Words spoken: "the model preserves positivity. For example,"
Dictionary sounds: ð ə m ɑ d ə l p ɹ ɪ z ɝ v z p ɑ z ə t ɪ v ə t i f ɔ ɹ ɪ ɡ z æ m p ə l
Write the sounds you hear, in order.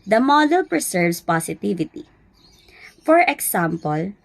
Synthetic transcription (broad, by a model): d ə m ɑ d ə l p ɹ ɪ s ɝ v s p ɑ s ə t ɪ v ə t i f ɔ ɹ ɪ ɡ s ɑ m p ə l